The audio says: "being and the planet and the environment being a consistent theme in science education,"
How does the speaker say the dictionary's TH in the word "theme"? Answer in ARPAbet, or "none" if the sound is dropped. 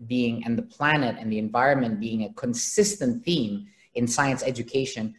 TH